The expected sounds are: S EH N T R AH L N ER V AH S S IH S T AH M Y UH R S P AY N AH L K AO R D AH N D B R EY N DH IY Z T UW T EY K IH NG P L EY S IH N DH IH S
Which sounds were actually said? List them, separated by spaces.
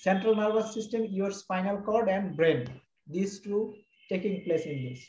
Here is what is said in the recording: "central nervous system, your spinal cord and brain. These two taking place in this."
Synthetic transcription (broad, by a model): S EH N T R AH L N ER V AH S S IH S T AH M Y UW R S F AY N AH L K AO R D AH N D B R EY N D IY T T UW T EY K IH NG P L EY S IH N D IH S